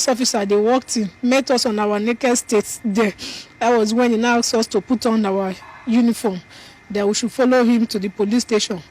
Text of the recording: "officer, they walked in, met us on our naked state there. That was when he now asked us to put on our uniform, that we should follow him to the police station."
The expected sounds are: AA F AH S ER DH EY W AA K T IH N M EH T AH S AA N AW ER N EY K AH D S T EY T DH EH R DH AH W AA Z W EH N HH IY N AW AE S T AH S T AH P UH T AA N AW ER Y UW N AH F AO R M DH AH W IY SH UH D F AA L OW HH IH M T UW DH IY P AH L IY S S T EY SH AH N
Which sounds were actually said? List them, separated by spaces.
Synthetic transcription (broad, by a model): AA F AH S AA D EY W AA K T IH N M EH T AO S AA N AW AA N EY K AH D S T EY T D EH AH W AA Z W EH N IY N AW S AO S T AH P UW T AA N AW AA Y UW N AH F AO M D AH W IY SH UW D F AA L OW HH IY M T UW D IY P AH L IY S S T EY SH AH N